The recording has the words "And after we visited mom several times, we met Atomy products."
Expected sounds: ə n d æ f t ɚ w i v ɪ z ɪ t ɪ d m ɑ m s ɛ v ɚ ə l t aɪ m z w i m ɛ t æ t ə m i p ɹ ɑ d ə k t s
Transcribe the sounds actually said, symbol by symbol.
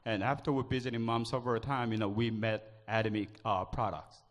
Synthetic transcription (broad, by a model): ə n æ f t ɚ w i b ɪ z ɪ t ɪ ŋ m ɑ m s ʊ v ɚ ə t aɪ m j w i m ɛ t æ t ə m i p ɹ ɑ d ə k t s